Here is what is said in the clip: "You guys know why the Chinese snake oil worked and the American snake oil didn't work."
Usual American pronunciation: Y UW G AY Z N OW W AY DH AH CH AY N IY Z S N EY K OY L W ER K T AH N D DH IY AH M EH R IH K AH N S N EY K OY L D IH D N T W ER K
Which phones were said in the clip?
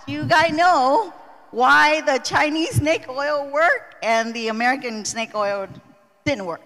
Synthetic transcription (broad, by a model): Y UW G AY Z N OW W AY DH AH CH AY N IY Z S N EY K OY L W ER K AH N DH IY AH M EH R IH K AH N S N EY K OY L D IH D N T W ER K